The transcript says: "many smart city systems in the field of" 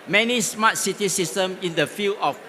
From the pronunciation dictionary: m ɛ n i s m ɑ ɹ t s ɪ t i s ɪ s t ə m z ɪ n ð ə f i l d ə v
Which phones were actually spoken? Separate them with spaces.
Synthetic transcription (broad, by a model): m ɛ n i s m ɑ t s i t i s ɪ s t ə m ɪ n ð ə f i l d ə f